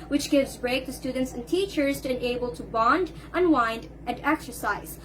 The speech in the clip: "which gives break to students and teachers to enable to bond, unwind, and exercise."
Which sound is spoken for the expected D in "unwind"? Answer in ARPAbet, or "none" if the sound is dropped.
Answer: D